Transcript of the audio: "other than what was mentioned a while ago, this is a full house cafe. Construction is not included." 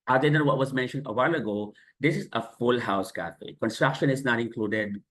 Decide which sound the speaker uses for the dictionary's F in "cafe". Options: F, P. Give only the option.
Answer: F